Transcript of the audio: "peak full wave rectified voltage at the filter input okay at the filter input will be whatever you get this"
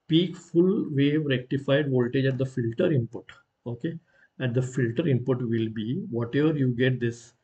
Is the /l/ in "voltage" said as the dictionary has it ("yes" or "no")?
yes